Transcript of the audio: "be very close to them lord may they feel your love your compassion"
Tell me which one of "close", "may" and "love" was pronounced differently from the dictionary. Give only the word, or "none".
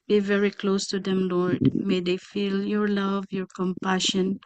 none